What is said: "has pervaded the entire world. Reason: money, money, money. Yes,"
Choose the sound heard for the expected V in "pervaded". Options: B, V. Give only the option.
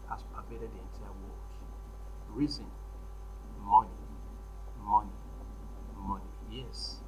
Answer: B